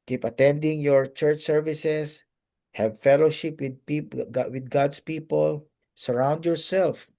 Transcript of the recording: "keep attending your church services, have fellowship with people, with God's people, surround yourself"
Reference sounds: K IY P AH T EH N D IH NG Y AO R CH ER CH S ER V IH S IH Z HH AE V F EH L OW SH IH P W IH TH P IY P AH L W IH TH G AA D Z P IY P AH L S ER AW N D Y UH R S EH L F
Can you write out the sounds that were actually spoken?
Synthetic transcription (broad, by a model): K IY P AH T EH N D IH NG Y AO R CH ER CH S ER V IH S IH S HH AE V F EH L OW SH IH P W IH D P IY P W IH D G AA D S P IY P AH L S ER AW N D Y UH R S EH L F